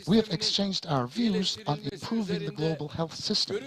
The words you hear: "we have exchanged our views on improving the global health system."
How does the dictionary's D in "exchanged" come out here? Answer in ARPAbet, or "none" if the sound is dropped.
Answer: D